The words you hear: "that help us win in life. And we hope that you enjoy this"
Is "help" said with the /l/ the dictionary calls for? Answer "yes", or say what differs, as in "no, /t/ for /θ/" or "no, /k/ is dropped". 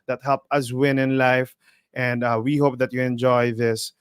yes